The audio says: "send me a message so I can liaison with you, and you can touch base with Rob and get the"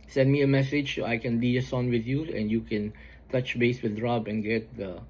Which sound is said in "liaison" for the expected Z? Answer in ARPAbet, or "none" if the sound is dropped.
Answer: S